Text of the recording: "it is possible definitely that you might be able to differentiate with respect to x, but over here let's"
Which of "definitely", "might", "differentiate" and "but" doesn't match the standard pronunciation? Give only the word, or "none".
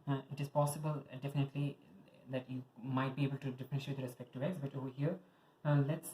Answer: differentiate